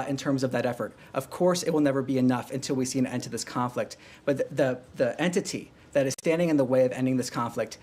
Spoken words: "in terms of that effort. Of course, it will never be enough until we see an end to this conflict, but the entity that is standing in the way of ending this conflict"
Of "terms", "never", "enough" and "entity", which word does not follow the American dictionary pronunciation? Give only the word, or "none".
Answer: none